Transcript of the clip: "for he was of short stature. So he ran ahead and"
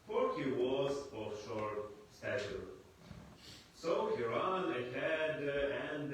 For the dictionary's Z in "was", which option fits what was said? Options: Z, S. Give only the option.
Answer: Z